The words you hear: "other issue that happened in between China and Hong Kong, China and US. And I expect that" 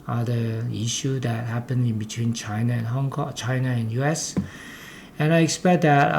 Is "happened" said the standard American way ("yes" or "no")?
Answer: no